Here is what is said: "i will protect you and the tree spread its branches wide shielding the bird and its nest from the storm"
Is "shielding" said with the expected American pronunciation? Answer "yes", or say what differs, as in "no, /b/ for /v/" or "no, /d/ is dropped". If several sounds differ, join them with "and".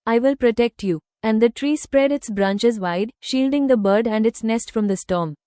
yes